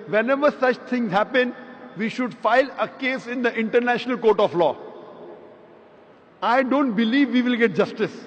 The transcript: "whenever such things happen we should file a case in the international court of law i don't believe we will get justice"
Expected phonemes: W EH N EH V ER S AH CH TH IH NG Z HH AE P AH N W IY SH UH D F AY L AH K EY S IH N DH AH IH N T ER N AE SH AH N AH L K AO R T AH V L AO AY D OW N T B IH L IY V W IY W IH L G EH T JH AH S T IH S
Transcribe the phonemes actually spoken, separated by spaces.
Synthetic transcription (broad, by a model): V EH N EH V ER S AH CH T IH NG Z HH AE P AH N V IY SH UH D F AY L AH K EY S IH N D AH IH N T ER N AE SH AH N AH L K AO R T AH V L AO AY D OW N T B IH L IY V IY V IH L G EH T JH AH S T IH S